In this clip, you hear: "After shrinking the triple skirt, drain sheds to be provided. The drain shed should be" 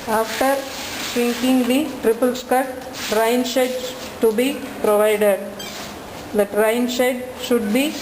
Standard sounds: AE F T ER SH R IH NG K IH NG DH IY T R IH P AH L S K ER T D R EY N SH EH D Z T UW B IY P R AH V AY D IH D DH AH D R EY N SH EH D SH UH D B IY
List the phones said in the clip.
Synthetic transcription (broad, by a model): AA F T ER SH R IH NG K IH NG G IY T R IH P AH L S K ER T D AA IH N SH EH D T UW B IY P R AH V AY D IH D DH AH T R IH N SH EH D SH UH D B IY